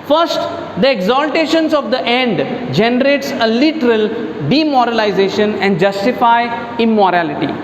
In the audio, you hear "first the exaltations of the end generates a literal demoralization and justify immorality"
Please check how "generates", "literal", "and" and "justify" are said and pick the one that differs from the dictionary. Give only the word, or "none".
none